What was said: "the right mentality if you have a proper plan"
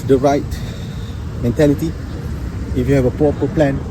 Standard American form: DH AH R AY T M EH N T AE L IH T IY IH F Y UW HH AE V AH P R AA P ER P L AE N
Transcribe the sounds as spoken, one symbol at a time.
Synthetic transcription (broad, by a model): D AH R AY T M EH N T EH L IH T IY IH F Y UW HH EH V AH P AA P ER P L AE N